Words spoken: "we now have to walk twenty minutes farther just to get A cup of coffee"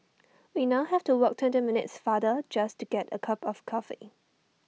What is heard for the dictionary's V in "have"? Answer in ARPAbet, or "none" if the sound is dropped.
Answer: F